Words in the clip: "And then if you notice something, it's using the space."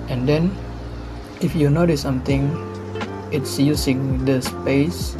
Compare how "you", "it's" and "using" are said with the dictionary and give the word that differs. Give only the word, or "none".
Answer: using